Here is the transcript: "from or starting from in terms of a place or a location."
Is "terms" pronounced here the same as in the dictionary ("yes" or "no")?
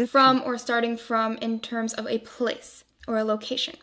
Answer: yes